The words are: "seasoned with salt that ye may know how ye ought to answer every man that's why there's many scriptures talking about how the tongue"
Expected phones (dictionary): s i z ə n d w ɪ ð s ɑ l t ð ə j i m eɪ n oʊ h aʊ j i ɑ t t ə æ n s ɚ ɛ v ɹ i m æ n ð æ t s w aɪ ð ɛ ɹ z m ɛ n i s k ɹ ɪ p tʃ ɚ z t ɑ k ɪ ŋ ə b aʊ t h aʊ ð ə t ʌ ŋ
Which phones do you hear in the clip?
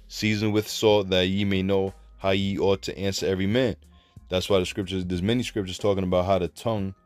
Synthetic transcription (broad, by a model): s i z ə n w ɪ ð s ɑ t ð ə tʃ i m eɪ n oʊ h aʊ j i ɑ t t æ n s ɚ ɛ v ɹ i m æ n ð æ t s w aɪ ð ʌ ɹ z m ɛ n i s k ɹ ɪ p tʃ ɚ z t ɑ k ɪ ŋ ə b aʊ t h aʊ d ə t ʌ ŋ